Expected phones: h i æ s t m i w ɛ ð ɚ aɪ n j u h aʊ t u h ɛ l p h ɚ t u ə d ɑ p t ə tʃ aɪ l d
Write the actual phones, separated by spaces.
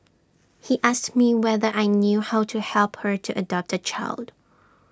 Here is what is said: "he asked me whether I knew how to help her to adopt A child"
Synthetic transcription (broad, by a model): h i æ s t m i w ɛ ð ɚ aɪ n j u h aʊ t u h ɛ l p h ɚ t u ə d ɑ p t ə tʃ aɪ l d